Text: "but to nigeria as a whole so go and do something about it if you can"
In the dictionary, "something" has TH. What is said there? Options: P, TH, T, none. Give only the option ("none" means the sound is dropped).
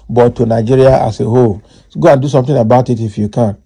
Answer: T